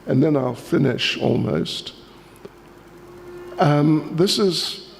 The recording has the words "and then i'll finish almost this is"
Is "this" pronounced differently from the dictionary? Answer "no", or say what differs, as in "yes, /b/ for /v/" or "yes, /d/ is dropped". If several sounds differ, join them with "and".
no